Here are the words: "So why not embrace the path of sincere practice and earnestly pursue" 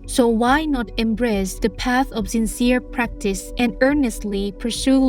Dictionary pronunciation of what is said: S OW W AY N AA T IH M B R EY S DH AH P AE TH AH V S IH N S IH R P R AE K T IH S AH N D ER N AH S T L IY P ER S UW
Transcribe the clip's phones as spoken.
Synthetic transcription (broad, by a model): S OW W AY N AA T IH M B R EY S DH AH P AE TH AH V S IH N S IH R P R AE K T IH S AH N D ER N AH S T L IY P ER S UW